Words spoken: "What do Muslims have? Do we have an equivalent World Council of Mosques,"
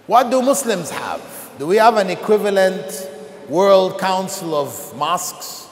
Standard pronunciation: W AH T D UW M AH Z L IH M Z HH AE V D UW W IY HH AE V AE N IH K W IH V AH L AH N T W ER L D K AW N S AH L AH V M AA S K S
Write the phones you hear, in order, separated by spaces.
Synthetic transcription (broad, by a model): W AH T D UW M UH S L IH M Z HH AE V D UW W IY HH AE V AE N IH K W IH V AH L AH N T W ER L D K AW N S AH L AH V M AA S K S